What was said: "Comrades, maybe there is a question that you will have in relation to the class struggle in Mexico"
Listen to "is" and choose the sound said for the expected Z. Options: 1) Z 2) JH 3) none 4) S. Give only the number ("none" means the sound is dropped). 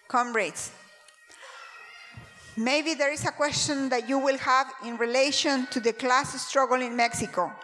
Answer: 4